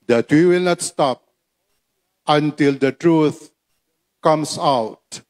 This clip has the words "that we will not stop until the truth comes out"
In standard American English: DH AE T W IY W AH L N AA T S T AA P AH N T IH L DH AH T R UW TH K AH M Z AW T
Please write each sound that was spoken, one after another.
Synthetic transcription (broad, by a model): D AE T W IY W AH L N AA T S T AA P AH N T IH L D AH T R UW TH K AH M S AW T